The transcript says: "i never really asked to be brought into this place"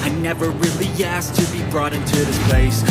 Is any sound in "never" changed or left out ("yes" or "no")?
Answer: no